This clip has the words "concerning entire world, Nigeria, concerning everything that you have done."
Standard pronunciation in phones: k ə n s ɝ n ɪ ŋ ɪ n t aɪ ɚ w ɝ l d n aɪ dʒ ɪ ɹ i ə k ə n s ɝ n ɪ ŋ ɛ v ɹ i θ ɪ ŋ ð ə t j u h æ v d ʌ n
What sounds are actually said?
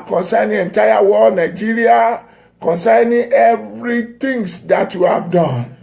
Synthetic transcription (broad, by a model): k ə n s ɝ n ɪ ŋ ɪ n t aɪ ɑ w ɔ d n aɪ dʒ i ɹ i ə k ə n s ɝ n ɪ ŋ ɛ v ɹ i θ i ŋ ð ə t j u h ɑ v d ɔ n